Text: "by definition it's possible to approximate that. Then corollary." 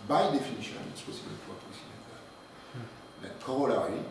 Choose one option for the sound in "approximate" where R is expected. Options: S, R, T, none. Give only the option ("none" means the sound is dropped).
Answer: none